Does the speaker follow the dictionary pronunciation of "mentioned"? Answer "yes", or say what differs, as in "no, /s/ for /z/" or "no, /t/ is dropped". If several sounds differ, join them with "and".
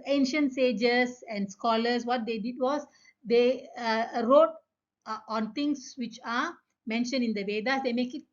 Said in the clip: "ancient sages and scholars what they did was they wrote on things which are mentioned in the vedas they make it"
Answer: no, /d/ is dropped